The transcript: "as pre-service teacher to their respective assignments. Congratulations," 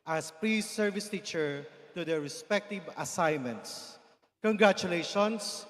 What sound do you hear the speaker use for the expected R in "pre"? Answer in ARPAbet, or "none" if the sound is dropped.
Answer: L